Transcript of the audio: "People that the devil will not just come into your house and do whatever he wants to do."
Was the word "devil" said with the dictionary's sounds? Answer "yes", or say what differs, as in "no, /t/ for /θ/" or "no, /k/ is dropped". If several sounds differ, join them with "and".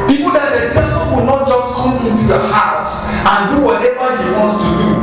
no, /p/ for /v/